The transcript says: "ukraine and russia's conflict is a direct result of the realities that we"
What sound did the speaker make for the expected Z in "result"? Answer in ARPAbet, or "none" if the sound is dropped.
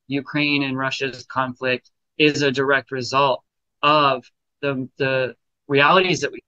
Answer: Z